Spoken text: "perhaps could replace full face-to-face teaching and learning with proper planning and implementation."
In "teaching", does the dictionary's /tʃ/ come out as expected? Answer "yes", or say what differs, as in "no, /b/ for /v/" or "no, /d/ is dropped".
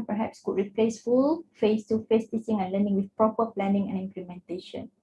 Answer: no, /s/ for /tʃ/